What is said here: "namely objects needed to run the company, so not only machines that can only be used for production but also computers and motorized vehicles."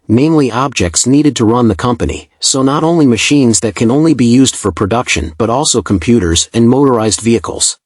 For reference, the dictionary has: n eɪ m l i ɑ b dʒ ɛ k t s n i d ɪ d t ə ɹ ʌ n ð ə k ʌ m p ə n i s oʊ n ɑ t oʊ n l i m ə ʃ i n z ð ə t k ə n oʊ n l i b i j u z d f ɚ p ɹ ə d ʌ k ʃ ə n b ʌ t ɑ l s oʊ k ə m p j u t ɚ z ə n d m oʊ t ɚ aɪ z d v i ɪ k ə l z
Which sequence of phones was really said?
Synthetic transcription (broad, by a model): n eɪ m l i ɑ b dʒ ɛ k t s n i d ɪ d t ə ɹ ʌ n ð ə k ʌ m p ə n i s oʊ n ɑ t oʊ n l i m ə ʃ i n z ð ə t k ə n oʊ n l i b i j u z d f ɚ p ɹ ə d ʌ k ʃ ə n b ʌ t ɑ l s oʊ k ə m p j u t ɚ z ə n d m oʊ t ɚ aɪ z d v i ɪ k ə l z